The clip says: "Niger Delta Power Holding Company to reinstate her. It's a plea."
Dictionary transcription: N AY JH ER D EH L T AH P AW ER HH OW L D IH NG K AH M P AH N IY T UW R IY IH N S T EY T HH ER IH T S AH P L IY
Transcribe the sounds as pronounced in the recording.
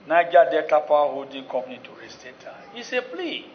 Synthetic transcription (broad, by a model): N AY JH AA D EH T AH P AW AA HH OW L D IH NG K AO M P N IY T UW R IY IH S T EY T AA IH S AH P L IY